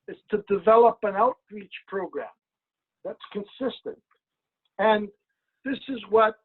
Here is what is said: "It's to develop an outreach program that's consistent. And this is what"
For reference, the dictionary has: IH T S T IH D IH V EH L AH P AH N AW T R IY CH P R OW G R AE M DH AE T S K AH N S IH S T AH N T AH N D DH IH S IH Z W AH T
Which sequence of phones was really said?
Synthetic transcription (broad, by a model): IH T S T IH D IH V EH L AH P AH N AW T R IY CH P R OW G R AE M DH AE T S K AH N S IH S T AH N T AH N DH IH S IH Z W AH T